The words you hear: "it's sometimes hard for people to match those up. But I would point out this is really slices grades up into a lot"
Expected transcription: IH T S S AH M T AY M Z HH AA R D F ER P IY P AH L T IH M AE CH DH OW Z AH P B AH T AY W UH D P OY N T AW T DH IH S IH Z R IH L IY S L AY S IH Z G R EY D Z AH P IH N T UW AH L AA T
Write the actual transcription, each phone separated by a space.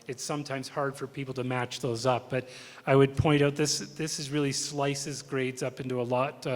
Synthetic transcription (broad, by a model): IH T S S AH M T AY M Z HH AA R D F ER P IY P L T IH M AE CH DH OW Z AH P B AH T AY W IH D P OY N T AW T DH IH S IH Z R IH L IY S L AY S IH Z G R EY D Z AH P IH N T UW AH L AA T